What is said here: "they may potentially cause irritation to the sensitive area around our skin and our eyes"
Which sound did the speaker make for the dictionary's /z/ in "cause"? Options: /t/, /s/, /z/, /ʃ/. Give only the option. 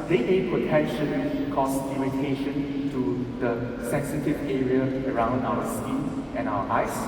/s/